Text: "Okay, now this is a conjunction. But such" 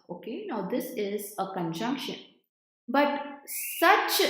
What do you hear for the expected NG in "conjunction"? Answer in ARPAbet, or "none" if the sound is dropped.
NG